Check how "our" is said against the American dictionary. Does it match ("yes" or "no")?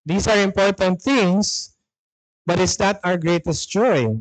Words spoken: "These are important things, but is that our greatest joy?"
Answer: yes